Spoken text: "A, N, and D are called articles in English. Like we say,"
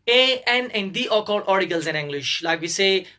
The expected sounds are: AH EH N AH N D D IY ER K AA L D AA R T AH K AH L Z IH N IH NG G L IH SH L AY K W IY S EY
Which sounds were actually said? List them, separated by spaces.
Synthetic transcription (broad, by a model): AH EH N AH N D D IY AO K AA D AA R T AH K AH L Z IH N IH NG G L IH SH L AY K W IY S EY